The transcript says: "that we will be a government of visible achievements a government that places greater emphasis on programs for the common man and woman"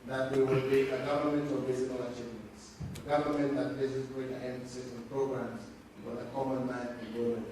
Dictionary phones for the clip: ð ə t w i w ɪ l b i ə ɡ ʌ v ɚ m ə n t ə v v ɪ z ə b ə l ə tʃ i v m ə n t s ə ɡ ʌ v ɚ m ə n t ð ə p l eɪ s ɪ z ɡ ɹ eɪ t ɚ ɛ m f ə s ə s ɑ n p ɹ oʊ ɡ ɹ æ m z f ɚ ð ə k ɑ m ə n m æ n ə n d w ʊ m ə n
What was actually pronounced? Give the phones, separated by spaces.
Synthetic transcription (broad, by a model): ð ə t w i w ɪ l b i ə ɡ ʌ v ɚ m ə n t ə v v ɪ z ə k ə l ə tʃ i v m ə n t s ə ɡ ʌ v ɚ m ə n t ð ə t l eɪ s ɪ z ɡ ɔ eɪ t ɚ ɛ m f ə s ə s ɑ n p ɹ oʊ ɡ ɹ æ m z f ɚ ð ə k ɑ m ə n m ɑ ə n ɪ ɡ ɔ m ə